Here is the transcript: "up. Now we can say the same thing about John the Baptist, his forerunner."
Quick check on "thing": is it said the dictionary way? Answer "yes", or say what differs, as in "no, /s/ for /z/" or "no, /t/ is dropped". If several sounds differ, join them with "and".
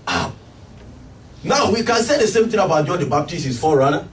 no, /t/ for /θ/